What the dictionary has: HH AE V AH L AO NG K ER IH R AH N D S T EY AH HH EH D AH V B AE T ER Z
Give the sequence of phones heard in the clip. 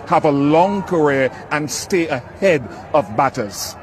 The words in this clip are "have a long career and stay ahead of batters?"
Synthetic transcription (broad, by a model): HH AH V AH L AO NG K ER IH R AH N S T EY AH HH EH D AH V B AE T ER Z